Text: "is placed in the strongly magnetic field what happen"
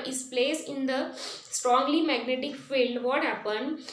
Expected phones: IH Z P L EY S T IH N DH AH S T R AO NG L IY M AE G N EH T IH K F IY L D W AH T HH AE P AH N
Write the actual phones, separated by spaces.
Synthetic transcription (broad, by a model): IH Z P L EY S IH N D AH S T R AO NG L IY M AE G N EH T IH K F IY L D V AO T HH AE P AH N